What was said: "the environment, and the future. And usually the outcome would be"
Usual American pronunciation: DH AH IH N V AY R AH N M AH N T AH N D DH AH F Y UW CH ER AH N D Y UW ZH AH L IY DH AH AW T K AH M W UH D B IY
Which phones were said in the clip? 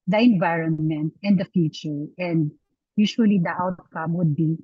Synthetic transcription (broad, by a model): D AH IH N V AY R AH N M AH N T AH N D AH F Y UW CH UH AH N D Y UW SH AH L IY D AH AW T K AH M W UH D B IY